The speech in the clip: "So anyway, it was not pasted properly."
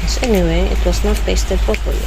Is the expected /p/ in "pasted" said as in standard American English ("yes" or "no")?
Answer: no